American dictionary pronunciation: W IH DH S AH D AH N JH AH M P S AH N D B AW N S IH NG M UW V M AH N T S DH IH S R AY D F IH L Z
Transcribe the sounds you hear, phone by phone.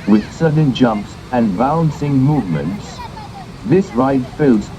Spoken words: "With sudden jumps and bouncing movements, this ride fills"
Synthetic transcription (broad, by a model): W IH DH S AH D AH N JH AH M P S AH N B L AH N S IH NG M UW V M AH N T S DH IH S R AY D F IH L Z